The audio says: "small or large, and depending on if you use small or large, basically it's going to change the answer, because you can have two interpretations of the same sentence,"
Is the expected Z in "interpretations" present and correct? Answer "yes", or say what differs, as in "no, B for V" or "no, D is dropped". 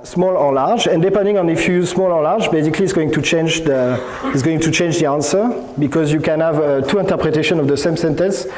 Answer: no, Z is dropped